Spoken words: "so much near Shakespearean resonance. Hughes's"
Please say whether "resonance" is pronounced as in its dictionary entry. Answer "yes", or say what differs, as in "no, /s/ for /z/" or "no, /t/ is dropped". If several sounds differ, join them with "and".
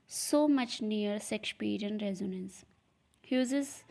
yes